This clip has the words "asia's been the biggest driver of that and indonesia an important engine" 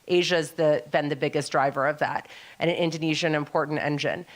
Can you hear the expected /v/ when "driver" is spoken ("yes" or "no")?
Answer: yes